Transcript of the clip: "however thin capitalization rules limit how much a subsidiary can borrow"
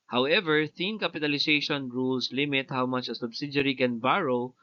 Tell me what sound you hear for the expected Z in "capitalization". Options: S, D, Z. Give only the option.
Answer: S